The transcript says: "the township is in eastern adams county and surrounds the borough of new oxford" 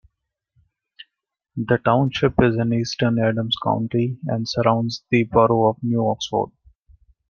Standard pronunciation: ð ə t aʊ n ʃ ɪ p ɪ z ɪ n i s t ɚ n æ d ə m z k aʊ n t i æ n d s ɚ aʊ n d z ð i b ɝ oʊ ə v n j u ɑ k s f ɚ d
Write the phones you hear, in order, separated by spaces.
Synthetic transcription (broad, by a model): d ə t aʊ n ʃ ɪ p ɪ z ɪ n i s t ɚ n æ d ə m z k aʊ n t i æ n d s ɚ aʊ n d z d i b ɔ oʊ ə v n j u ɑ k s f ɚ d